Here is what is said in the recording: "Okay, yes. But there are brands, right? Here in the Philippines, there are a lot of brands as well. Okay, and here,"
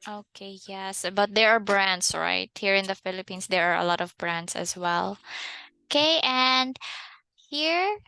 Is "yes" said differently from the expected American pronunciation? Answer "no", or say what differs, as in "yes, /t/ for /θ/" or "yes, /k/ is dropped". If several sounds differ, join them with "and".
no